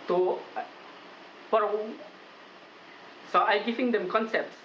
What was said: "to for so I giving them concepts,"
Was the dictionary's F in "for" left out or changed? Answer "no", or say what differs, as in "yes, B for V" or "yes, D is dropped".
yes, P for F